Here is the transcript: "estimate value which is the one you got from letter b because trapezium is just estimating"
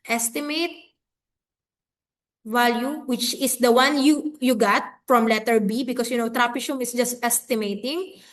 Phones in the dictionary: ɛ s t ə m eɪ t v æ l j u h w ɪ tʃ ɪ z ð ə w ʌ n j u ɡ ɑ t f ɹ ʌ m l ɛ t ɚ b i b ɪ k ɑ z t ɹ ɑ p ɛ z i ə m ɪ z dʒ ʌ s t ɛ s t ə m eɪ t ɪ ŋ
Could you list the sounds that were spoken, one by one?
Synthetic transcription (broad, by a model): ɛ s t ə m eɪ t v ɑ l j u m w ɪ tʃ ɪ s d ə w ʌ n j u ɡ ɑ t f ɹ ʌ m l ɛ t ɚ b i b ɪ k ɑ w t ɹ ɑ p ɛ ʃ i m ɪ s dʒ ʌ s t ɛ s t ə m eɪ t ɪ ŋ